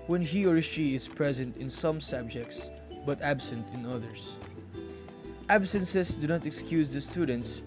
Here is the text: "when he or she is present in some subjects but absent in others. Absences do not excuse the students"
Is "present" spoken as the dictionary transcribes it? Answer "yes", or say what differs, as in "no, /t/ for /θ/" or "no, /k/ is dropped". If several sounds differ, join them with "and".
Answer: yes